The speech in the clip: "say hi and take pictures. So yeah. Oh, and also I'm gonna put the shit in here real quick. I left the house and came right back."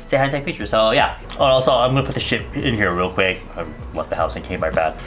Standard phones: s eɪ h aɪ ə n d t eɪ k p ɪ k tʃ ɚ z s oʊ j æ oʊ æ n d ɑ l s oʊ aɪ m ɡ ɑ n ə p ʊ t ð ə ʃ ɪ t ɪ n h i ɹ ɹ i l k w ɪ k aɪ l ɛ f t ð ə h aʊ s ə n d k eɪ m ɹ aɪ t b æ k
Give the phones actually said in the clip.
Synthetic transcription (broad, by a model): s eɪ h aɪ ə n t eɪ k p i tʃ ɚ s oʊ j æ oʊ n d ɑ s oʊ aɪ m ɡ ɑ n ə p ʊ t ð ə ʃ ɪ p ɪ n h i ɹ ɹ i l k w ɪ k aɪ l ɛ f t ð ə h aʊ s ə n k eɪ m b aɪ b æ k